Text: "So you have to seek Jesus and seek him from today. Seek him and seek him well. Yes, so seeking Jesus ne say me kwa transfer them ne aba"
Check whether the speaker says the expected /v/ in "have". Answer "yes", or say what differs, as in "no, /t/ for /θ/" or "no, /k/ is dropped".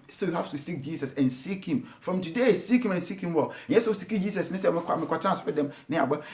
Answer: no, /f/ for /v/